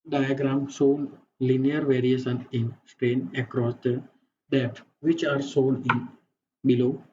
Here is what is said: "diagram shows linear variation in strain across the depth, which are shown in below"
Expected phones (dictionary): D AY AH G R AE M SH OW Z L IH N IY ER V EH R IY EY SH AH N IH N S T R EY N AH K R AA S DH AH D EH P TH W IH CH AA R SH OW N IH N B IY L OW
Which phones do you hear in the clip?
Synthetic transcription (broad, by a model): D AY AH G R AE M S OW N L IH N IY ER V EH R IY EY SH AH N IH N S T R EY N AH K R AA S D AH D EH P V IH CH AA R S OW N IH N B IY L OW